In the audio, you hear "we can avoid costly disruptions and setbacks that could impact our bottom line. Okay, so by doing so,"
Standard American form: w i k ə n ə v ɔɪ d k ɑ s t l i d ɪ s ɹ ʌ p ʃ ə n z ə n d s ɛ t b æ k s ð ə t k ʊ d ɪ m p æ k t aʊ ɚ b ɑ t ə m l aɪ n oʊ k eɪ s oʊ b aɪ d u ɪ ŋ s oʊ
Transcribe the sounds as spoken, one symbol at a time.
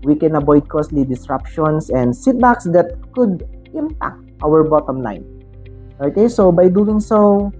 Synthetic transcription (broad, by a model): w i k ə n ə b ɔɪ d k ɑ s t l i d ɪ s ɹ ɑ p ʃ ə n s ə n d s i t b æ k s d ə t k ʊ d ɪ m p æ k t aʊ ɚ b ɑ t ə m l aɪ n oʊ k eɪ s oʊ b aɪ d u ɪ ŋ s oʊ